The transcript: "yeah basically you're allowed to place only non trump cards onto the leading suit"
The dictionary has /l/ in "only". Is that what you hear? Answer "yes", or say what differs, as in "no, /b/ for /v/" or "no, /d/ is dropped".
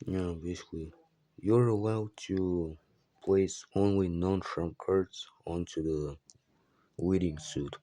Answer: yes